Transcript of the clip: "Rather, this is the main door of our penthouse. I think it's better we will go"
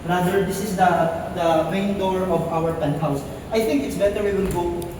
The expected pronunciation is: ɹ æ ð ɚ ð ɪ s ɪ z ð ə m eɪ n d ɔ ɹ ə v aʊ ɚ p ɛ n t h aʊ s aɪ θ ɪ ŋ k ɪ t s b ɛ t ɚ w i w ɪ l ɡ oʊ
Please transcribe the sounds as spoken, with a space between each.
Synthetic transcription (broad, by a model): ɹ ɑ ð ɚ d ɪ s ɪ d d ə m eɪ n d ɔ ɹ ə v aʊ ɚ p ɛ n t h aʊ s aɪ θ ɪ ŋ k ɪ t s b ɛ t ɚ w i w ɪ n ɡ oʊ